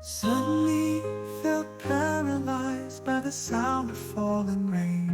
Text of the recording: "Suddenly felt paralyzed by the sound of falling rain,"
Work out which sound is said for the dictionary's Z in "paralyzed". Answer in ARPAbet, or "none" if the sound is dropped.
Z